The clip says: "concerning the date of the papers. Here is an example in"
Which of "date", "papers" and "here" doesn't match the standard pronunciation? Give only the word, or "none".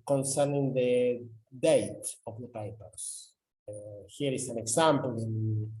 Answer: papers